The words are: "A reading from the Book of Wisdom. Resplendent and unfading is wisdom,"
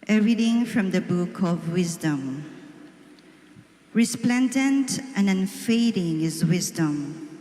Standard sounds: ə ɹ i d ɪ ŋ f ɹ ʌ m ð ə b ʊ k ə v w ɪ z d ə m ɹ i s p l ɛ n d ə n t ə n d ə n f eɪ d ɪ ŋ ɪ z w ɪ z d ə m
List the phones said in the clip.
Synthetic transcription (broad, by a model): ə ɹ i d ɪ ŋ f ɹ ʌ m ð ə b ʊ k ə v w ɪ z d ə m ɹ i s p l ɛ n d ə n t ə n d ə n f eɪ d ɪ ŋ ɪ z w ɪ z d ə m